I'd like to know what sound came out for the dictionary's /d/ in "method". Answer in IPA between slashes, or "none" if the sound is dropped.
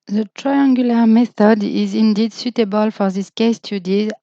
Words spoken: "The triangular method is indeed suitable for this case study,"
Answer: /d/